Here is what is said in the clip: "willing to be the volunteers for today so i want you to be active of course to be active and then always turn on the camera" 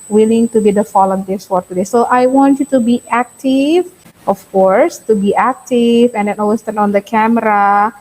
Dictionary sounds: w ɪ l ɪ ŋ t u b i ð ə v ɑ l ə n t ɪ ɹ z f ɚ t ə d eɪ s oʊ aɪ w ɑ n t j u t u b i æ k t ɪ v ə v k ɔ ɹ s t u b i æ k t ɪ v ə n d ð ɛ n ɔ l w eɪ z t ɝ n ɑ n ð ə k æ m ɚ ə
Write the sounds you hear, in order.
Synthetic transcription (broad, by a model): w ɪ l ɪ ŋ t u b i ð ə f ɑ l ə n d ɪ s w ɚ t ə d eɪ s oʊ aɪ w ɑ n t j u t u b i æ k t ɪ v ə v k ɔ ɹ s t u b i æ k t ɪ v ə n d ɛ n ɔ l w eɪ s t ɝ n ɑ n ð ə k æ m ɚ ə